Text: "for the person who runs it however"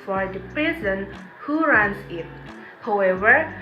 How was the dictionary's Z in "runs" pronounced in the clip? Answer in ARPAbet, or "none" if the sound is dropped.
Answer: S